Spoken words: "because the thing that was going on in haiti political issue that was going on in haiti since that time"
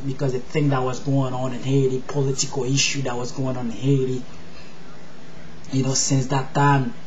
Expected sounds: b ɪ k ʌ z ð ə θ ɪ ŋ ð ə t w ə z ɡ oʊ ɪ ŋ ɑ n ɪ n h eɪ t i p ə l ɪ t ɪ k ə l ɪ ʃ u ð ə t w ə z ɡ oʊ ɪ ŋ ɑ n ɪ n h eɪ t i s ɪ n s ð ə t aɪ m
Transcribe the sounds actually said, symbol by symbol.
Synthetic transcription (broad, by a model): b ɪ k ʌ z ð ə θ ɪ ŋ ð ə t w ə z ɡ oʊ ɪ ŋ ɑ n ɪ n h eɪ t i p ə l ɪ t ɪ k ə l ɪ ʃ u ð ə t w ə z ɡ oʊ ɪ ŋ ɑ n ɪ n h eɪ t i s ɪ n s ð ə t aɪ m